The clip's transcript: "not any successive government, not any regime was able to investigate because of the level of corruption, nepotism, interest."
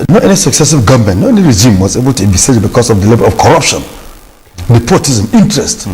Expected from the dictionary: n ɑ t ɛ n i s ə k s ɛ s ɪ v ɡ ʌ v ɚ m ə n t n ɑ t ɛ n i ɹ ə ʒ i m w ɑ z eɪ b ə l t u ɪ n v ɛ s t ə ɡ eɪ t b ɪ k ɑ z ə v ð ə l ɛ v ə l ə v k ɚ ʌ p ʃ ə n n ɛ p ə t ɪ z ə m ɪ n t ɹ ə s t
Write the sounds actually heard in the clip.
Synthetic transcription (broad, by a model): n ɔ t ɛ n i s ə k s ɛ s ɪ v ɡ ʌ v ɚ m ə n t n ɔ ɛ n i ɹ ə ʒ i m w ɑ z eɪ b ə l t u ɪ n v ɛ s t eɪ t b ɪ k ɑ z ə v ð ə l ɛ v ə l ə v k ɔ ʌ p ʃ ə n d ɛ p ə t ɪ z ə m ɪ n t ɹ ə s t